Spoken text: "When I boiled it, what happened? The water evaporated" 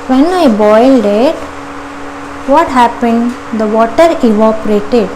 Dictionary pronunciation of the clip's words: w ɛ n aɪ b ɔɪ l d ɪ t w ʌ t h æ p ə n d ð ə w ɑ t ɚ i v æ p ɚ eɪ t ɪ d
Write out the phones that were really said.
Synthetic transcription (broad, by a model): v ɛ n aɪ b ɔɪ l d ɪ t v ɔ t h æ p ə n d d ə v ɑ t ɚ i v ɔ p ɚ eɪ t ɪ d